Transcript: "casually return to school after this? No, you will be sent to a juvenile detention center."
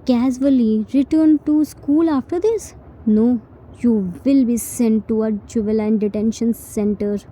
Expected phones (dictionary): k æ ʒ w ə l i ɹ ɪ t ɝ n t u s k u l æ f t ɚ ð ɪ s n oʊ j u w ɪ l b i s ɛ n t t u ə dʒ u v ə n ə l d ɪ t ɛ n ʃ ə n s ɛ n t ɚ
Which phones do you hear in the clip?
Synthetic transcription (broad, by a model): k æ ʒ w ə l i ɹ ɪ t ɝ n t u s k u l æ f t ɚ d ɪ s n oʊ j u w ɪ l b i s ɛ n t t u ə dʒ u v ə l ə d d ɪ t ɛ n ʃ ə n s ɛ n t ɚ